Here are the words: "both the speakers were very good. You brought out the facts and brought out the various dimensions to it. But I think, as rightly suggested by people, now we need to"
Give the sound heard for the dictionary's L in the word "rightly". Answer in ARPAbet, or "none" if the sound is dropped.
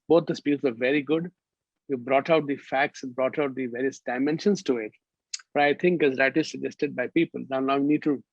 none